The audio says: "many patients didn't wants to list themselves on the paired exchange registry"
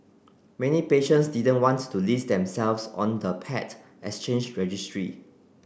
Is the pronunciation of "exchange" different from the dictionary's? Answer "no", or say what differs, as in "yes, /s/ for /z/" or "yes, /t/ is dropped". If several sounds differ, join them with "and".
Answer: yes, /k/ is dropped